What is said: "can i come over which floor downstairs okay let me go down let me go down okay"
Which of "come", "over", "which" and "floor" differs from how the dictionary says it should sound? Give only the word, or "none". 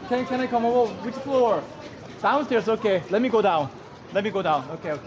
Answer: over